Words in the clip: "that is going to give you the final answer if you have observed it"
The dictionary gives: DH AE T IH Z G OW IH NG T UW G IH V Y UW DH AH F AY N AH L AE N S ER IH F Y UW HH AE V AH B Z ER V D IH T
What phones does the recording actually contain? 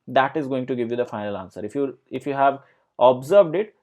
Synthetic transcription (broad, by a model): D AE T IH Z G OW IH NG T UW G IH V Y UW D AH F AY N AH L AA N S ER IH F Y UW HH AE V AH B Z ER V D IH T